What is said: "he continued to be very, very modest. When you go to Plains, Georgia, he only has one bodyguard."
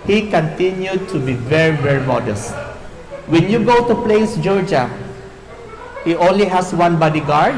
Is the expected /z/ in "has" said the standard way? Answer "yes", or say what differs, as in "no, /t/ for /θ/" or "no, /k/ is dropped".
no, /s/ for /z/